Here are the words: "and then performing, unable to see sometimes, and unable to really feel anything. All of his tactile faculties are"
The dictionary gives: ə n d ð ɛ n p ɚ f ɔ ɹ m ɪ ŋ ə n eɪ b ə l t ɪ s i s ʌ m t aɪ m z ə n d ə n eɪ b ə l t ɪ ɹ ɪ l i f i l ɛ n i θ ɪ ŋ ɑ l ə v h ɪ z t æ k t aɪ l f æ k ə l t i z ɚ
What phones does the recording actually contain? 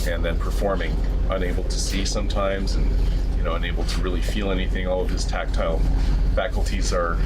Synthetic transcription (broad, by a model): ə n ð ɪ n p ɚ f ɔ ɹ m ɪ ŋ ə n eɪ b l t ɪ s i s ʌ m t aɪ m z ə n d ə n eɪ b l t ɪ ɹ ɪ l i f i l ɛ n i θ ɪ ŋ ɑ l ə v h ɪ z t æ k t aɪ l f æ k l t i z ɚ